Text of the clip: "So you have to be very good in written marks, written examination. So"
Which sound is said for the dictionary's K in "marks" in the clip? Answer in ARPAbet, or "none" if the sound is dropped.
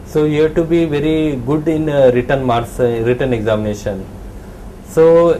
none